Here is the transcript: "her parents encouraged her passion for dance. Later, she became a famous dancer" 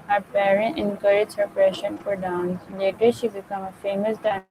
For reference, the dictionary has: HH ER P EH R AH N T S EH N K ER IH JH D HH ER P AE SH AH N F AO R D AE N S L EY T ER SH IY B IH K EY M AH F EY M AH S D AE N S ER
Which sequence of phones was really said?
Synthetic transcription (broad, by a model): HH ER P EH R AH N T EH N K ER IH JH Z HH ER P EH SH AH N F AO R D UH N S L EY T ER SH IY B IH K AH M AH F EY M AH S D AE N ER